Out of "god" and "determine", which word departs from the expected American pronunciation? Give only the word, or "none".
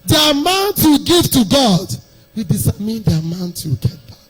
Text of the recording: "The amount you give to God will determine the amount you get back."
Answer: determine